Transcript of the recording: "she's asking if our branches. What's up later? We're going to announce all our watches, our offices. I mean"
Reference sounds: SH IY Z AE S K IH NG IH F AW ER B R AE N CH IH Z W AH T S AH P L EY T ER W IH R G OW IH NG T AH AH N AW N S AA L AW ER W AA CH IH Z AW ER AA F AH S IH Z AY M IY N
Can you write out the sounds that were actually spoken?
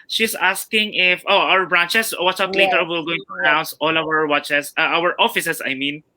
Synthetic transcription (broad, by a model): SH IY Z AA S K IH NG IH F AW ER B R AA N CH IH S W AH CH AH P L EY T ER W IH L G OW IH NG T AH AH N AW N S AA L AW ER W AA CH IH S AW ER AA F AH S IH S AY M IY N